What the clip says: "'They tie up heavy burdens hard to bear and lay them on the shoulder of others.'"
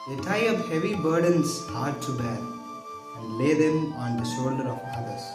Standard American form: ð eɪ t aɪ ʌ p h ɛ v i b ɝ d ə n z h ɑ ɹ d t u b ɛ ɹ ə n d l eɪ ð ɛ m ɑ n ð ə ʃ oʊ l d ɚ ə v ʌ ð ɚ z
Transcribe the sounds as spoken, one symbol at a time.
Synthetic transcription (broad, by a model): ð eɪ t aɪ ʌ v h ɛ v i b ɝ d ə n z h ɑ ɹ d t u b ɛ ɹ ə n d l eɪ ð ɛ m ɑ n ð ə ʃ oʊ l d ɚ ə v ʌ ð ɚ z